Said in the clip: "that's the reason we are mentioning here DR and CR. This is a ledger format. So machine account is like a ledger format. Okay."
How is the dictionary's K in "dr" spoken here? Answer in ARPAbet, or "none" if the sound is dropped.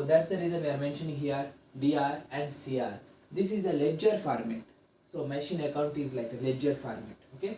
none